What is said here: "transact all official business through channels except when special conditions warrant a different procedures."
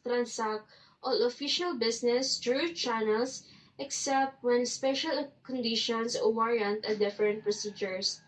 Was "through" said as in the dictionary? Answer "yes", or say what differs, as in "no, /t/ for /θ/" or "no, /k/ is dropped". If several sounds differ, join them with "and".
no, /t/ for /θ/